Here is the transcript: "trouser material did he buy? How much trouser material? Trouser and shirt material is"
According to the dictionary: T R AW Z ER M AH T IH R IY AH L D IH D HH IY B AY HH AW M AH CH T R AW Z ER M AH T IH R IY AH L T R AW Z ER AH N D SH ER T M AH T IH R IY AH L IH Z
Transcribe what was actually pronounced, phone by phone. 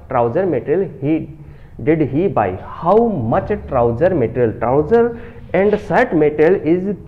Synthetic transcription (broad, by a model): T R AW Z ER M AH T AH L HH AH D IH D HH IY B AY HH AW M AH CH T R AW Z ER M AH T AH L T R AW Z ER AH N D S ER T M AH T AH L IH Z